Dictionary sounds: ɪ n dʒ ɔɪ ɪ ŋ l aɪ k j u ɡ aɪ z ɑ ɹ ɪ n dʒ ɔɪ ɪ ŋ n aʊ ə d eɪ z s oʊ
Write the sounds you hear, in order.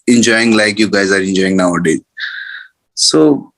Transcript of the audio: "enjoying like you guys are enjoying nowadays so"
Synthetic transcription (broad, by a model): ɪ n dʒ ɔɪ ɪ ŋ l aɪ k j u ɡ aɪ z ɑ ɹ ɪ n dʒ ɔɪ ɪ ŋ n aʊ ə d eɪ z s oʊ